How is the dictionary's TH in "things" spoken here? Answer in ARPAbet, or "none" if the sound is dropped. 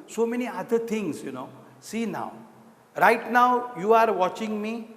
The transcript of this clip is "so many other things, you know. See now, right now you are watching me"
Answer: T